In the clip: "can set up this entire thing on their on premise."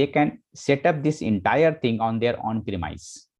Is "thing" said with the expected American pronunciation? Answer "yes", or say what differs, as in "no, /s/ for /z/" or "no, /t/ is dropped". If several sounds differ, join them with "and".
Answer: no, /t/ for /θ/